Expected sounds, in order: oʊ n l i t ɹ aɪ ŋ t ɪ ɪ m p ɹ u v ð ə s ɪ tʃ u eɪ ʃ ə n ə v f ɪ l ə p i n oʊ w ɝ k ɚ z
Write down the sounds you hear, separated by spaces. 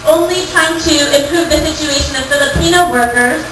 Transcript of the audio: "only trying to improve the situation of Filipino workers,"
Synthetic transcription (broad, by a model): oʊ n l i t aɪ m t ɪ ɪ m p ɹ u v ð ə s ɪ tʃ u eɪ ʃ ə n ə v f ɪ l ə p i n oʊ w ɝ k ɚ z